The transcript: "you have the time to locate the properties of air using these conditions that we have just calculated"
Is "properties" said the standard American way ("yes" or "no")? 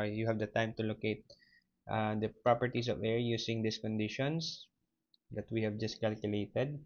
no